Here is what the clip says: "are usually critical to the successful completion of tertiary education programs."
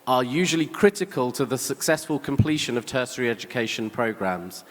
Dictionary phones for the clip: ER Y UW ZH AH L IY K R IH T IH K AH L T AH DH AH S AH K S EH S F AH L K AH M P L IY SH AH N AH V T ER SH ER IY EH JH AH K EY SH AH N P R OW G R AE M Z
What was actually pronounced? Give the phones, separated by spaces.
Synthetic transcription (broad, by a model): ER Y UW ZH AH L IY K R IH T IH K AH L T AH DH AH S AH K S EH S F AH L K AH M P L IY SH AH N AH V T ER S ER IY EH JH AH K EY SH AH N P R OW G R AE M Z